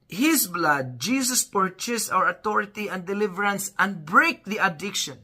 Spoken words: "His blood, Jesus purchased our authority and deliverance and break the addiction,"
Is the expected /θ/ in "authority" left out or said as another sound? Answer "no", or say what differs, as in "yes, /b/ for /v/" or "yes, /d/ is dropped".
yes, /t/ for /θ/